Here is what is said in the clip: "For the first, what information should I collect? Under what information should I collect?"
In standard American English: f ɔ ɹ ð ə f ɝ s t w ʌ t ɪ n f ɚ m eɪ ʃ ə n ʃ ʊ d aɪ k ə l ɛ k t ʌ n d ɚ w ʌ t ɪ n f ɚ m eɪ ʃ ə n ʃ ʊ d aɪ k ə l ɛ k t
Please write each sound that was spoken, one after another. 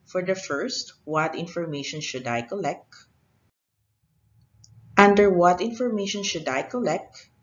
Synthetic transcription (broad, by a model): f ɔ ɹ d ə f ɝ s t w ʌ t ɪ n f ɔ m eɪ ʃ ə n ʃ ʊ d aɪ k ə l ɛ k t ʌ n d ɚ w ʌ t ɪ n f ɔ m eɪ ʃ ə n ʃ ʊ d aɪ k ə l ɛ k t